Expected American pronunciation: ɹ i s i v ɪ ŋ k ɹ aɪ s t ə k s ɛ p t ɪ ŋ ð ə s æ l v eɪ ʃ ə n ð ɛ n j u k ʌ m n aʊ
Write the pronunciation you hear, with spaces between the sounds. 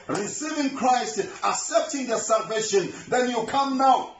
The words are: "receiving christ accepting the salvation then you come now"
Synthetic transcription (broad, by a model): ɹ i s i v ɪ ŋ k ɹ aɪ s t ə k s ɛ p t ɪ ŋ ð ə s æ l v eɪ ʃ ə n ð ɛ n j u k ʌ m n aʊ